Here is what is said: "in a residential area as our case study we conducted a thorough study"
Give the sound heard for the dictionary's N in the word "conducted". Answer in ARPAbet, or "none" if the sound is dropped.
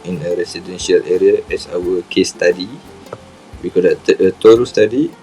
none